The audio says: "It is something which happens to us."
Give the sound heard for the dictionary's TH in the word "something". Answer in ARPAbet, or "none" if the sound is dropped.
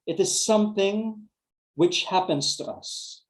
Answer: TH